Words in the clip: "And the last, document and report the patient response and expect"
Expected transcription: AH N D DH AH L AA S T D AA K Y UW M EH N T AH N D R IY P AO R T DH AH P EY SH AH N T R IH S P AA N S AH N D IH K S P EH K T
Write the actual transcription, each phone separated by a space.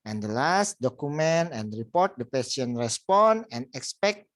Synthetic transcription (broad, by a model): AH N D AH L AA S T D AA K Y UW M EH N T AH N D R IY P AO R T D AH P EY S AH N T R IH S P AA N AH N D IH K S P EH K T